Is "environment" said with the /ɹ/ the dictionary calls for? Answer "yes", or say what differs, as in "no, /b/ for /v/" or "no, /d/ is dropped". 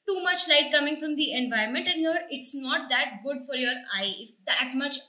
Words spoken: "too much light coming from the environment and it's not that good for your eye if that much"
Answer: no, /ɹ/ is dropped